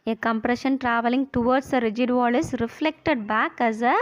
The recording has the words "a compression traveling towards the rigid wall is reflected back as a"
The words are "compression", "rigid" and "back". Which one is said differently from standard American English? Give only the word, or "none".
none